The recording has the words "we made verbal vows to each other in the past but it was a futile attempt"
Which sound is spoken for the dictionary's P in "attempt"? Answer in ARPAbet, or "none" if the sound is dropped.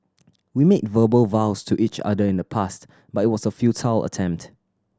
P